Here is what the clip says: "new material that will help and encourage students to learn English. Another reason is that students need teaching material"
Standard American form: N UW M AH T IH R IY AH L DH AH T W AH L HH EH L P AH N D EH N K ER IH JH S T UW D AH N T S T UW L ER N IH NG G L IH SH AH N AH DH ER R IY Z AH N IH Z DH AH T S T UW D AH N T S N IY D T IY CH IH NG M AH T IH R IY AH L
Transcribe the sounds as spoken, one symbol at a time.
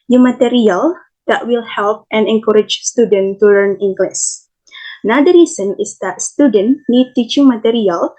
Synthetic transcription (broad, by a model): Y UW M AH T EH R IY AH L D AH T W AH L HH EH L P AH N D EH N K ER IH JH S T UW D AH N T T UW L ER N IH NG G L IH S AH N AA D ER R IY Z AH N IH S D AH T S T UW D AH N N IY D T IY CH IH NG M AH T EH R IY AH L